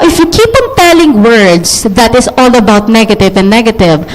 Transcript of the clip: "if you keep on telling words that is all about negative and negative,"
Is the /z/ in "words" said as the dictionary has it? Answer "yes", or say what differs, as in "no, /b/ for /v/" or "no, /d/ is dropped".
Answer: no, /s/ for /z/